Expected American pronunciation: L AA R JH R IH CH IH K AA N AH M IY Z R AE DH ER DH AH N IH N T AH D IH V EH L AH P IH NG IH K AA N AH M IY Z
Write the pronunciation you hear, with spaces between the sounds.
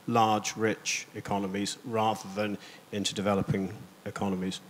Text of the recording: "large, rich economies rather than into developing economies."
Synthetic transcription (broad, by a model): L AA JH R IH CH IH K AA N AH M IY Z R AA DH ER DH AH N IH N T AH D IH V EH L AH P IH NG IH K AA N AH M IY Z